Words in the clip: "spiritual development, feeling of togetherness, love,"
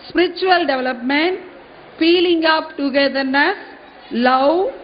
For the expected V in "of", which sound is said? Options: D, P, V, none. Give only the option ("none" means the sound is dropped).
P